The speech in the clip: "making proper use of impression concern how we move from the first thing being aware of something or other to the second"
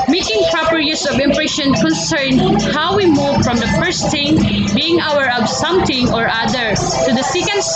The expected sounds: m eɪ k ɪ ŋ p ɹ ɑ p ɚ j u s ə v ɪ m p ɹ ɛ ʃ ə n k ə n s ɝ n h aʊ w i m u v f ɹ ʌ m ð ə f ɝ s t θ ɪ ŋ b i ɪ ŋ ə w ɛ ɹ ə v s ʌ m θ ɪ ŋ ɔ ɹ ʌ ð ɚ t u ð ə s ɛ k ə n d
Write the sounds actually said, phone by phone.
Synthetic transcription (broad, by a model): m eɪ k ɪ ŋ p ɹ ɑ p ɚ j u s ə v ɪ m p ɹ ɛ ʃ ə n k ə n s ɝ n h aʊ w i m u v f ɹ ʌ m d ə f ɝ s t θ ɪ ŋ b i ɪ ŋ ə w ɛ ɹ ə b s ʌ m t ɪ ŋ ɔ ɹ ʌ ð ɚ t u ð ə s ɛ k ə n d